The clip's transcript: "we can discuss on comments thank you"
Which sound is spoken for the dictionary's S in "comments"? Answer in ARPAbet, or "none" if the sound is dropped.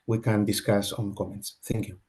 S